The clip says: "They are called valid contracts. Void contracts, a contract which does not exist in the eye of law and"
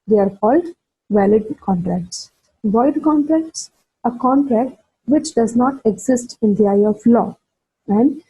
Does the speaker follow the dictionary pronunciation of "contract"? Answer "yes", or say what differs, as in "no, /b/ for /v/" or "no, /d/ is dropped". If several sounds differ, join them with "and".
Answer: yes